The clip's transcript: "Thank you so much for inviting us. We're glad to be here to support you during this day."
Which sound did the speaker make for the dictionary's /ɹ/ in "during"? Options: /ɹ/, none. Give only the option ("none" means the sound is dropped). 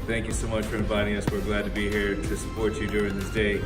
/ɹ/